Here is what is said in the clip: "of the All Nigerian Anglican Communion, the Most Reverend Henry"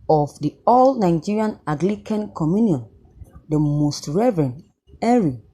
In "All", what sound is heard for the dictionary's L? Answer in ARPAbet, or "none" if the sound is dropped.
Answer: L